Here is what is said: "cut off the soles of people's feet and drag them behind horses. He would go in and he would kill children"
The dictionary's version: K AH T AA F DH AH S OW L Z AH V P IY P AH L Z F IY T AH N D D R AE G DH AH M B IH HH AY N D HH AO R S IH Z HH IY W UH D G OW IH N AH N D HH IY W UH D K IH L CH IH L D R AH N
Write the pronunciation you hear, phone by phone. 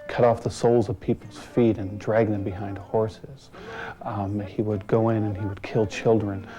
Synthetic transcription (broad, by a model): K AH T AA F DH AH S OW L Z AH V P IY P L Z F IY T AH N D D R AE G DH AH M B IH HH AY N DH HH AO R S IH Z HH IY W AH D G OW IH N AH N IY W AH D K IH L CH IH L D R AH N